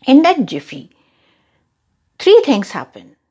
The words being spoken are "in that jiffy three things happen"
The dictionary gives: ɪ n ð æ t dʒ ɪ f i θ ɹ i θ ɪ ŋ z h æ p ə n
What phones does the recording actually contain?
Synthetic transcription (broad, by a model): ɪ n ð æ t dʒ ɪ f i t ɹ i t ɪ ŋ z h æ p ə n